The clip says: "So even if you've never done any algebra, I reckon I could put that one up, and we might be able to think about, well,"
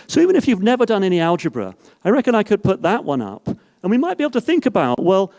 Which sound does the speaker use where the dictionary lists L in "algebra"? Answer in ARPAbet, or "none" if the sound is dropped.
L